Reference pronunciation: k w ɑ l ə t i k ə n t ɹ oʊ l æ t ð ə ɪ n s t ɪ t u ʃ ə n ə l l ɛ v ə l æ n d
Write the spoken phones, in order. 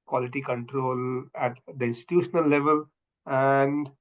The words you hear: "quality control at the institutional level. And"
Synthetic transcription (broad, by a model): k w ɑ l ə t i k ə n t ɹ oʊ l æ t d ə ɪ n s t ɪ t u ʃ ə n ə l l ɛ v ə l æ n d